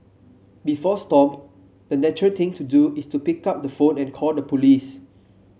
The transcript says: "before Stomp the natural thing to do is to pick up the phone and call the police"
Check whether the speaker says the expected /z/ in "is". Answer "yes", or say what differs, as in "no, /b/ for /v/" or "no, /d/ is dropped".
no, /s/ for /z/